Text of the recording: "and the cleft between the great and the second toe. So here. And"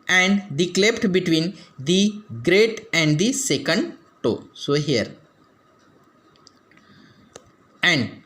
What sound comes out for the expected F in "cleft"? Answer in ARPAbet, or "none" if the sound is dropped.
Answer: P